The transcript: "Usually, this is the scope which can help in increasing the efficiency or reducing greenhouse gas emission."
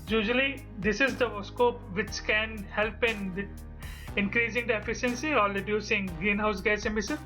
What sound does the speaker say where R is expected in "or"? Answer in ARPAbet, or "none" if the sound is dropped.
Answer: L